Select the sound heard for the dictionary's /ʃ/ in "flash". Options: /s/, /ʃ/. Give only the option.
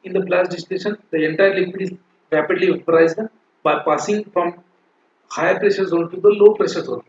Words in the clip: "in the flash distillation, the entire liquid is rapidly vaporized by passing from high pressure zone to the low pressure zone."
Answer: /s/